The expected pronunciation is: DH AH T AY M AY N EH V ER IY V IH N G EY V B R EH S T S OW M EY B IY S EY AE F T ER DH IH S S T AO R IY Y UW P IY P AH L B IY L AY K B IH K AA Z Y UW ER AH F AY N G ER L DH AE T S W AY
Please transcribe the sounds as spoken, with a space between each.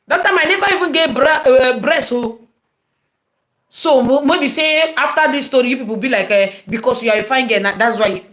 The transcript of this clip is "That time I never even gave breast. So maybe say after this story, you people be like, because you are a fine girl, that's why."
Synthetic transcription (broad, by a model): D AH T AY M AY N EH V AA IY V IH N G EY B B R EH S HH S OW M EY B IY S EY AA F T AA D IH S S T AO R IY Y UW P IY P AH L B IY L AY K B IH K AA S Y UW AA AH F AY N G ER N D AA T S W AY